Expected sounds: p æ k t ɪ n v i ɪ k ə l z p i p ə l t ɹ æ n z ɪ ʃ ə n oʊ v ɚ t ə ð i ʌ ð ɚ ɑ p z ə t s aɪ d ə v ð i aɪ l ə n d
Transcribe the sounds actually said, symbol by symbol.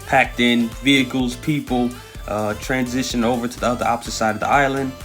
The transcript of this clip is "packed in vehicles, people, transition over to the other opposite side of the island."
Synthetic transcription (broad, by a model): p æ k t ɪ n v i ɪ k l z p i p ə t ɹ æ n z ɪ ʃ ə n oʊ v ɚ t ə ð i ʌ ð ɚ ɑ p s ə s aɪ d ə v ð i aɪ l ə n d